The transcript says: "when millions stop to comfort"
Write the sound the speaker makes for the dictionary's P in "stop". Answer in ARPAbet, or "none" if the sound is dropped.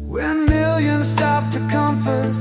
F